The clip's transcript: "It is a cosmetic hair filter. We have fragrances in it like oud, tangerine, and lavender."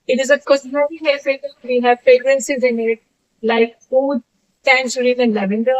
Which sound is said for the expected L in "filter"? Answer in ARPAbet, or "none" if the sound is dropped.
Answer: none